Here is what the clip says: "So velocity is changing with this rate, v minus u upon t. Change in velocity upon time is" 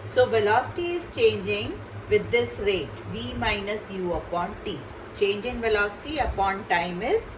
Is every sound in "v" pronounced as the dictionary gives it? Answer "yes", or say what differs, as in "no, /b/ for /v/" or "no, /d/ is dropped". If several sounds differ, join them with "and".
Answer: yes